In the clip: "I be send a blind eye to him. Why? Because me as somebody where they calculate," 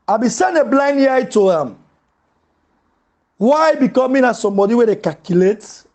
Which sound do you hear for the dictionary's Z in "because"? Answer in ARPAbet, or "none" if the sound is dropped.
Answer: none